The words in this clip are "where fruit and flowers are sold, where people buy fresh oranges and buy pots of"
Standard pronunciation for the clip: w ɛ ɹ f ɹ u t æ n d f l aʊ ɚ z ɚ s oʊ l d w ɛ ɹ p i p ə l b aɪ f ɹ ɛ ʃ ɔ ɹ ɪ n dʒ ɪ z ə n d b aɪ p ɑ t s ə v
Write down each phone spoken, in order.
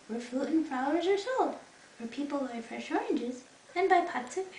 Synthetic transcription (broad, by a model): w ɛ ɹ f u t n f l aʊ ɚ z ɚ s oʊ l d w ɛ ɹ p i p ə l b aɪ f ɹ ɛ ʃ ɔ ɹ ɪ n dʒ ɪ z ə n b aɪ p ɑ t s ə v